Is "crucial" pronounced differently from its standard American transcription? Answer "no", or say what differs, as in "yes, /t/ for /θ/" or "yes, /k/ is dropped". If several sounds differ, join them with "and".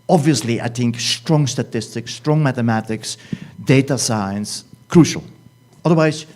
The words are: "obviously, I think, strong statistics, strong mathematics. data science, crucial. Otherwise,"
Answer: no